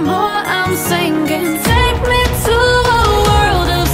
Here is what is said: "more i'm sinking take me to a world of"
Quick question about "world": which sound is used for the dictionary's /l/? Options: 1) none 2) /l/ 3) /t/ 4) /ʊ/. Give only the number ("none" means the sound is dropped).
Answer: 2